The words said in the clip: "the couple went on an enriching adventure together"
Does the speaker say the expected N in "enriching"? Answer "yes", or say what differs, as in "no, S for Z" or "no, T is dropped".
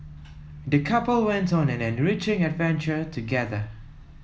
yes